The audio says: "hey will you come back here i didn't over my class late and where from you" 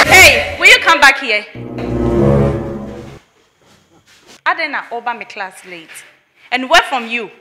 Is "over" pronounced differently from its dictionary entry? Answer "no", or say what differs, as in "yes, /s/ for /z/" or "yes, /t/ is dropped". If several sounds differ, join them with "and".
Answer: yes, /b/ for /v/